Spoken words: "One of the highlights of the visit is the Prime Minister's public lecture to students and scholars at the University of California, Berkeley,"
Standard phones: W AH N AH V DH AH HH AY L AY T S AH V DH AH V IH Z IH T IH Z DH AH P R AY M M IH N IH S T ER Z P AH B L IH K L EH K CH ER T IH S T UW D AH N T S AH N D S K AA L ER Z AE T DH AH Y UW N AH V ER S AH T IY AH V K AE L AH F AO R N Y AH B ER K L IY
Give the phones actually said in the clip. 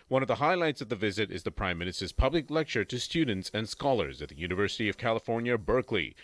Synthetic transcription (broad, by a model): W AH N AH V DH AH HH AY L AY T S AH V DH AH V IH Z IH T IH Z DH AH P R AY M M IH N IH S T ER Z P AH B L IH K L EH K CH ER T IH S T UW D N T S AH N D S K AA L ER Z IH T DH AH Y UW N AH V ER S AH T IY AH V K AE L AH F AO R N Y AH B ER K L IY